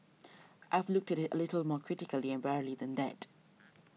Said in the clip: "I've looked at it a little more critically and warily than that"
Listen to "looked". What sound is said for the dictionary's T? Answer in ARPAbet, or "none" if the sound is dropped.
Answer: T